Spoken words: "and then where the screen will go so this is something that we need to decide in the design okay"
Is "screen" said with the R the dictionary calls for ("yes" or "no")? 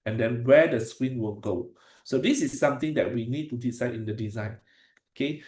no